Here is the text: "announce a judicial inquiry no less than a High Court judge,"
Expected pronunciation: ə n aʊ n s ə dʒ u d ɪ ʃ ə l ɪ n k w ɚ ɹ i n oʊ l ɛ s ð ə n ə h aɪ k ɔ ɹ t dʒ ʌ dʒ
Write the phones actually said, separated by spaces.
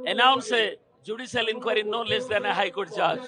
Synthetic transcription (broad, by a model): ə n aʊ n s ə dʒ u d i s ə l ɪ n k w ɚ ɹ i n oʊ l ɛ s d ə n ə h aɪ k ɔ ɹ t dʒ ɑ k